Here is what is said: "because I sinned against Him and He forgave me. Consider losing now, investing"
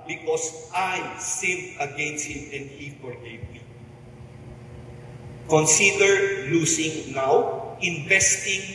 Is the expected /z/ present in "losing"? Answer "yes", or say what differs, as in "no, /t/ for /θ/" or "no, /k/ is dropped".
no, /s/ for /z/